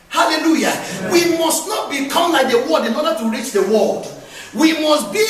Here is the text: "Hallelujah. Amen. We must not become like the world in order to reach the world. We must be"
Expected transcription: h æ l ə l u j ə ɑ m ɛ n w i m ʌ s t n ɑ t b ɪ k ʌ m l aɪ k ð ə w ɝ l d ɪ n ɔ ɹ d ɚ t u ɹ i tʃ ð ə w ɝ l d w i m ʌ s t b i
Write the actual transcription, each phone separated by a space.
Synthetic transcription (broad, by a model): h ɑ l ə l u j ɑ w i m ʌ s t n ɑ t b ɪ k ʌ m l aɪ k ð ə w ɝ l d ɪ n ɔ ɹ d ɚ t u ɹ i tʃ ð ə w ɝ l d w i m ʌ s t b i